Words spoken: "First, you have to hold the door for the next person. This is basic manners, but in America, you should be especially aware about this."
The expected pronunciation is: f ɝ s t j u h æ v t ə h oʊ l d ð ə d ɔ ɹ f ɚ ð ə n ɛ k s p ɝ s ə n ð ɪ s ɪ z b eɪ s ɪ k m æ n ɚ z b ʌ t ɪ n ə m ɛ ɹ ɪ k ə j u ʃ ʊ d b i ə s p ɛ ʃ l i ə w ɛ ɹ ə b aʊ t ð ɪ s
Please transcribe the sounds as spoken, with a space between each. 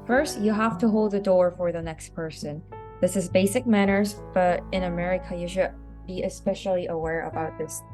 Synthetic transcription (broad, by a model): f ɝ s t j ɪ h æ f t ə h oʊ l d ð ə d ɔ ɹ f ɚ ð ə n ɛ k s p ɝ s ə n ð ɪ s ɪ z b eɪ s ɪ k m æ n ɚ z b ʌ t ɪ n ə m ɛ ɹ ɪ k ə j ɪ ʃ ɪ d b i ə s p ɛ ʃ l i ə w ɛ ɹ ə b aʊ t ð ɪ s